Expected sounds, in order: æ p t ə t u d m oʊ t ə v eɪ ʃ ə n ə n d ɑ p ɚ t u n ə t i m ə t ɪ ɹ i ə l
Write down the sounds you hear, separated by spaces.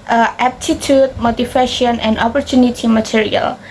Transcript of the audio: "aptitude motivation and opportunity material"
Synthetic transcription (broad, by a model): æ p t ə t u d m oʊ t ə f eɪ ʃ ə n ə n d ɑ p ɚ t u n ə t i m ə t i ɹ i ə l